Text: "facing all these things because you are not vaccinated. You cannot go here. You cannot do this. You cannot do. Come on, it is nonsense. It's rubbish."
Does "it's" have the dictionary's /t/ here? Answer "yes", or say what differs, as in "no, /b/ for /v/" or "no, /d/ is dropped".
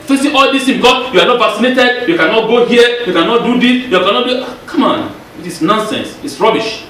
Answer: yes